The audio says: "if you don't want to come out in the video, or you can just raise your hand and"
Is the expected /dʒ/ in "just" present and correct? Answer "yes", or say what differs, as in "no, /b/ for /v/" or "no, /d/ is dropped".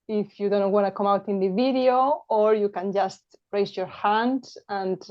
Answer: yes